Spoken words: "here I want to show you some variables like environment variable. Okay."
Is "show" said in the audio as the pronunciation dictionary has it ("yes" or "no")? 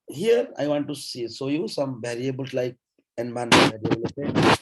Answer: no